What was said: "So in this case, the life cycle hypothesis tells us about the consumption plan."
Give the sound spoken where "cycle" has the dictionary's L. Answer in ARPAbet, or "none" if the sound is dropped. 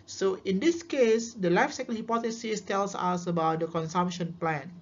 N